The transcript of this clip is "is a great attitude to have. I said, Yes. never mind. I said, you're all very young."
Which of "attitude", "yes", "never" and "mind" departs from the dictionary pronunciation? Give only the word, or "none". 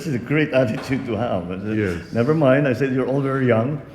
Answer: yes